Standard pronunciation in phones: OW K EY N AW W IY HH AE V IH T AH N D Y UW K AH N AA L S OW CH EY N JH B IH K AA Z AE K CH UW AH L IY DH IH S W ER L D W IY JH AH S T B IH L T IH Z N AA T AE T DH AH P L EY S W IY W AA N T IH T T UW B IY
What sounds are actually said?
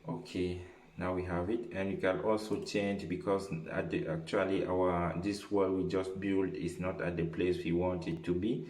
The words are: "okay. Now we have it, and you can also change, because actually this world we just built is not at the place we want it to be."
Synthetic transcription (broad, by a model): OW K EY N AW W IY HH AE V IH T AH N D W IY K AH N AA L S OW CH EY N JH B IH K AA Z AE K CH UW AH L IY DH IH W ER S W W IY JH AH S T B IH L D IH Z N AA T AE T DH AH P L EY S W IY W AA N T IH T T UW B IY